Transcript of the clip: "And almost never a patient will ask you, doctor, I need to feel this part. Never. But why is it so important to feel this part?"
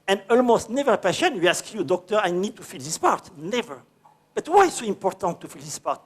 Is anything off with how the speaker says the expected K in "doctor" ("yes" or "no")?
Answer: no